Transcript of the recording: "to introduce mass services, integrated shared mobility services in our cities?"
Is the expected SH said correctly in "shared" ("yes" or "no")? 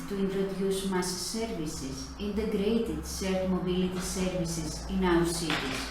no